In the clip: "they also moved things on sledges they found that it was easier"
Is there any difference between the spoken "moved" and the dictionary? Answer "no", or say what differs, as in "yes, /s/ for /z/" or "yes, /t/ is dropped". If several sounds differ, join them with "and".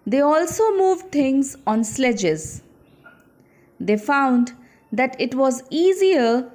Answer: no